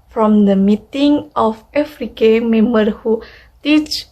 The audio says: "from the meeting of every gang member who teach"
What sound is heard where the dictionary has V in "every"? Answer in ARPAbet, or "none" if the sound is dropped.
F